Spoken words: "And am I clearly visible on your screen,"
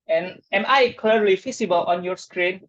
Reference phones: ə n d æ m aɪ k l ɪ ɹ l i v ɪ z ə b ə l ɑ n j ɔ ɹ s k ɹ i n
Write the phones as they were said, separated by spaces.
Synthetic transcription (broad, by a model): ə n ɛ m aɪ k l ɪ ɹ l i f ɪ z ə b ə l ɑ n j ɔ ɹ s k ɹ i n